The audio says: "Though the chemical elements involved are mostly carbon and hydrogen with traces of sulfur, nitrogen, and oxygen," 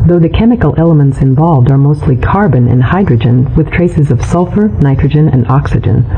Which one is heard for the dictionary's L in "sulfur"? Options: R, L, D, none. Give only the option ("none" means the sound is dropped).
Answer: L